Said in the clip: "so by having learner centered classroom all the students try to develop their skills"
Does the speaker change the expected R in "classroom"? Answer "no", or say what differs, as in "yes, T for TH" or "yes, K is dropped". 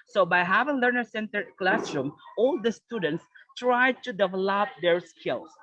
no